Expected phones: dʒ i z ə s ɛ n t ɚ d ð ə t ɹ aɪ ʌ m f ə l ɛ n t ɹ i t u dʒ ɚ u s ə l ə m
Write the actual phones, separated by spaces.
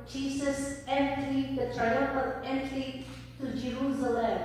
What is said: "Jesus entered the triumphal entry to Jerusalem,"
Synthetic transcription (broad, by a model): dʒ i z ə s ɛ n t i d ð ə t ɹ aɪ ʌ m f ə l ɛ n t l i t u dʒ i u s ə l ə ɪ